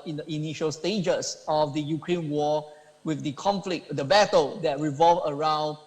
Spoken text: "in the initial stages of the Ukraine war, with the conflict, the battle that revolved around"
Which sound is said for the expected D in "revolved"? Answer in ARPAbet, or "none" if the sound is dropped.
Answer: none